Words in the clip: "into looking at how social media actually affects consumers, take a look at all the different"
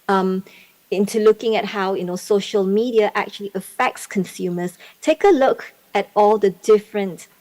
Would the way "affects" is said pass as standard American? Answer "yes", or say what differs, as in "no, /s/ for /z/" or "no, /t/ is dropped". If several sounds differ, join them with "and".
yes